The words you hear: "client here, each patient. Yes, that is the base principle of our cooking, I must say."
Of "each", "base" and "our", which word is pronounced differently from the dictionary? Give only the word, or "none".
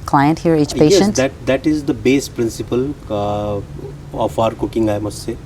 none